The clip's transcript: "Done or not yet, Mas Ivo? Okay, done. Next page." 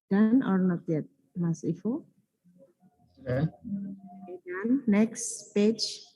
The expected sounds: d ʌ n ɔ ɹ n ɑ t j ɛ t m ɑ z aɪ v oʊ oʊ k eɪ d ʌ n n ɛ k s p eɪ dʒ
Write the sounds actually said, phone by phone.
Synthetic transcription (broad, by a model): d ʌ n ɔ ɹ n ɑ t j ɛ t m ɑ s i f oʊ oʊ eɪ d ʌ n n ɛ k s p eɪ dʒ